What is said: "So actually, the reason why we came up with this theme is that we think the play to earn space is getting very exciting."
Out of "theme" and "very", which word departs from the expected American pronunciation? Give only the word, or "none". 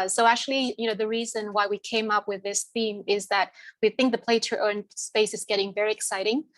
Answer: none